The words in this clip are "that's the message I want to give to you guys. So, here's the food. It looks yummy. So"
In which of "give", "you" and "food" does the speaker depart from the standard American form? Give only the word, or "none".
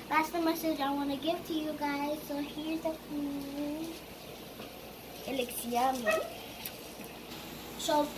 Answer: food